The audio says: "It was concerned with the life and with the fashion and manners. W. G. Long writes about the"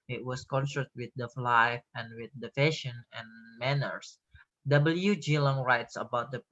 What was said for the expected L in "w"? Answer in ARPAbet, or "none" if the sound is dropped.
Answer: L